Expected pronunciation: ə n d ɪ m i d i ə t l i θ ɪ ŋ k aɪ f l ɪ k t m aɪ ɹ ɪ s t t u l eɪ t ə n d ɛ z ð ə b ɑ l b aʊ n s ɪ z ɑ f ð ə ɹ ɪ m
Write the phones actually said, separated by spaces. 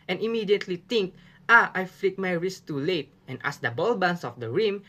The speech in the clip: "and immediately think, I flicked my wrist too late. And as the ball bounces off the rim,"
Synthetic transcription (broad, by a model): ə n ɪ m i d i ə t l i t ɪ ŋ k aɪ f l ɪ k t m aɪ ɹ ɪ s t t u l eɪ t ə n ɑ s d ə b ɑ l b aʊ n s ɑ f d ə ɹ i m